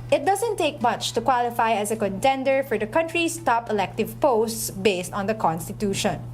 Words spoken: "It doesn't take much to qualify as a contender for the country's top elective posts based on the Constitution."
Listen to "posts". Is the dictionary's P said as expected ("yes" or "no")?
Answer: yes